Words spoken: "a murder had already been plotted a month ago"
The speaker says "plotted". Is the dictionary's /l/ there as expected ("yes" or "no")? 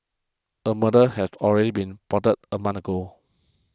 no